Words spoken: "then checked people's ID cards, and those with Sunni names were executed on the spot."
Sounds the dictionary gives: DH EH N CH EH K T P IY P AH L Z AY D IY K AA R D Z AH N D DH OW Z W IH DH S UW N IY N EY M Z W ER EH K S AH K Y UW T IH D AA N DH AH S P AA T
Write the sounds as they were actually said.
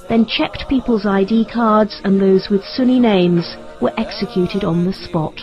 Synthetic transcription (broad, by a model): DH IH N CH EH K T P IY P AH L Z AY D IY K AA R D Z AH N DH OW Z W IH DH S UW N IY N EY M Z W ER EH K S AH K Y UW T IH D N DH AH S P AA T